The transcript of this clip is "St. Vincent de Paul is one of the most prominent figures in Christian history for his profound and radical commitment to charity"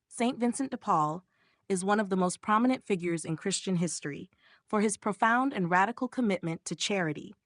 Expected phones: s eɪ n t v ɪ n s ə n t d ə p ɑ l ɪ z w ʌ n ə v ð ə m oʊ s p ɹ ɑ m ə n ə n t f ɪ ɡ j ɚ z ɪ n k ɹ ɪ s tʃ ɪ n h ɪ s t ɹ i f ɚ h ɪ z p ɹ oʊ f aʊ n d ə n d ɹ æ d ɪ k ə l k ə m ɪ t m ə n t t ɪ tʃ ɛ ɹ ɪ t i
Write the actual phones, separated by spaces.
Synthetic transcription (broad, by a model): s eɪ n t v ɪ n s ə n d ə p ɑ l ɪ z w ʌ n ə v ð ə m oʊ s p ɹ ɑ m ə n ə n t f ɪ ɡ j ɚ z ɪ n k ɹ ɪ s tʃ ɪ n h ɪ s t ɹ i f ɚ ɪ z p ɹ oʊ f aʊ n d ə n ɹ æ d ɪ k l k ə m ɪ t m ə n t t ɪ tʃ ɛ ɹ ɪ t i